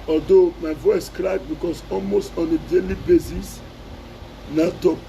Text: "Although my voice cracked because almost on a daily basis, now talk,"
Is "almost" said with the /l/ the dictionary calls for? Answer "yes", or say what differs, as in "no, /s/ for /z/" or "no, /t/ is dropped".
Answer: yes